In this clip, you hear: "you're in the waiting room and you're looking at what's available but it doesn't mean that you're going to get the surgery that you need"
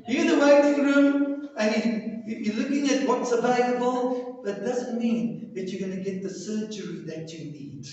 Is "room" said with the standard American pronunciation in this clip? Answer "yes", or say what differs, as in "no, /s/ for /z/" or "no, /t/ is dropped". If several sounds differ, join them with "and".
yes